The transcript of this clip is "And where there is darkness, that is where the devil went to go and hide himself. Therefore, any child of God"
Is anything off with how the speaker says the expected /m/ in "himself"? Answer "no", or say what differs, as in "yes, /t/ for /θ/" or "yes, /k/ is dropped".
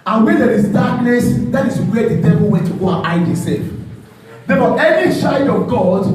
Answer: yes, /m/ is dropped